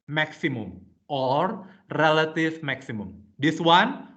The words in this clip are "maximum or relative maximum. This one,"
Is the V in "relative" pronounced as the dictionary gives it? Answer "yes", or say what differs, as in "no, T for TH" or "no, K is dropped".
no, F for V